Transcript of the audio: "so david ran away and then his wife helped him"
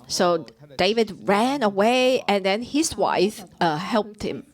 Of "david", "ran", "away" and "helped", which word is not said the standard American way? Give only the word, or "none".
none